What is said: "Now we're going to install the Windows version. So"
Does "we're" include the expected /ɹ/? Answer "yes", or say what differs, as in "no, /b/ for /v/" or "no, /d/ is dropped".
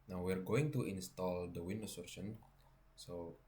yes